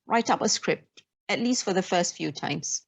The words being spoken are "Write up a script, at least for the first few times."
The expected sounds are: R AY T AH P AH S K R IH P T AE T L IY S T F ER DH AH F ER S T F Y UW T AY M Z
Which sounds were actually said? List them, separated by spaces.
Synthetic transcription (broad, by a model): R AY T AH P AH S K R IH P T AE T L IY S T F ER DH AH F ER S T F Y UW T AY M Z